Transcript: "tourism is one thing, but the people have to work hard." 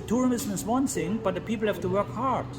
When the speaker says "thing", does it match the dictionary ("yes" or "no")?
no